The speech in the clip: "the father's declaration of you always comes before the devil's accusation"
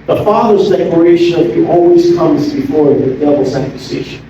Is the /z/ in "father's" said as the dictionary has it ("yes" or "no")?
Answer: yes